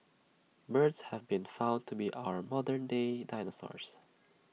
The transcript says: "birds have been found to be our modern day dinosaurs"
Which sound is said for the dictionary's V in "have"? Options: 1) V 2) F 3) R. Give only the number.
1